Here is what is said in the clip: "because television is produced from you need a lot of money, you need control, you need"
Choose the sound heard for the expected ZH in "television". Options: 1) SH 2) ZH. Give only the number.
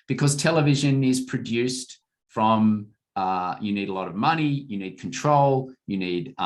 2